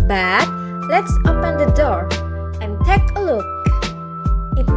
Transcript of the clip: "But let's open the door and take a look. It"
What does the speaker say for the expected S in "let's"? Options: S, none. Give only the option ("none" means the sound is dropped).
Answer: S